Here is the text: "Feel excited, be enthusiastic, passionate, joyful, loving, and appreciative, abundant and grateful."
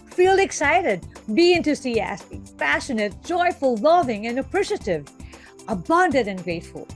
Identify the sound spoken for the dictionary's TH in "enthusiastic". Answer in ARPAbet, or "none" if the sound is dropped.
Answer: T